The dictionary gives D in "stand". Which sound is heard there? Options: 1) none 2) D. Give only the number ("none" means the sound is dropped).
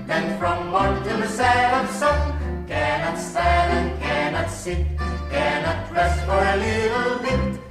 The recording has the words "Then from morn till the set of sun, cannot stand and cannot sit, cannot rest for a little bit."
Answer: 1